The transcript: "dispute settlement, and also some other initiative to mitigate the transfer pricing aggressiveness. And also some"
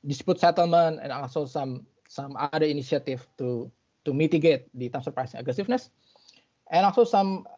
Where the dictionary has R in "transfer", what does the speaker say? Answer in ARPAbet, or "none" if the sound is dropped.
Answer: none